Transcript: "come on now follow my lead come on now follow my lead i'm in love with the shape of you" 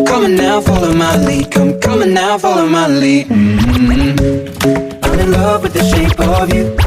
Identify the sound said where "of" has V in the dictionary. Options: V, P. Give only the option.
V